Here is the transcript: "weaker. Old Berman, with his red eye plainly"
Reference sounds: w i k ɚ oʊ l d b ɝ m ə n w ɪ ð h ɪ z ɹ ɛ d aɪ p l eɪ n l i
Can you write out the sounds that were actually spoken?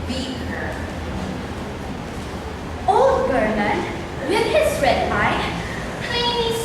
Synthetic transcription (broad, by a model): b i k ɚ oʊ l d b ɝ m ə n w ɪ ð h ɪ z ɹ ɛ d aɪ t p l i